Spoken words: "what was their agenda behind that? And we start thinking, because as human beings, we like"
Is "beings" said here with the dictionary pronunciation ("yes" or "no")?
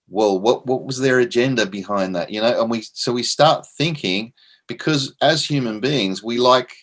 yes